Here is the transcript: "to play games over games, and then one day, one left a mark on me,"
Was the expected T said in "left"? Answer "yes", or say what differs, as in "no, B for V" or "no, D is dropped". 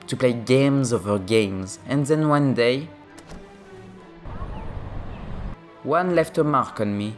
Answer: yes